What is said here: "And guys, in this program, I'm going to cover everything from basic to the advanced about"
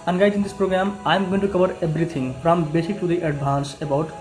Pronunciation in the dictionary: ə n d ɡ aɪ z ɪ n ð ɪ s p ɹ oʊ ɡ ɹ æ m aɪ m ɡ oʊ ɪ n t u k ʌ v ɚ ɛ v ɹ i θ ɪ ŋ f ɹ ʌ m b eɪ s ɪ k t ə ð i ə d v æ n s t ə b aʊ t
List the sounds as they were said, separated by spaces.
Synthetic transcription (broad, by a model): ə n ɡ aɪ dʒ ɪ n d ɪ s p ɹ oʊ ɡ ɹ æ m aɪ m ɡ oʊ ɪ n t u k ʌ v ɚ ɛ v ɹ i t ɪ ŋ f ɹ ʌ m b eɪ s ɪ k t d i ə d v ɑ n s ə b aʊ t